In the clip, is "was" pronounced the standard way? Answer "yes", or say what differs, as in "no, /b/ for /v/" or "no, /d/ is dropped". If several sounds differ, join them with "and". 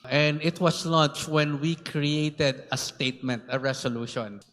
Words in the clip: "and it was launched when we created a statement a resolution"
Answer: no, /s/ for /z/